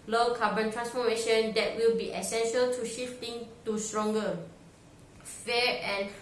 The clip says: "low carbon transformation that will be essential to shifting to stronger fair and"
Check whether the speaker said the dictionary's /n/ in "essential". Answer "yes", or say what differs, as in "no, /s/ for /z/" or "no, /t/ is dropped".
yes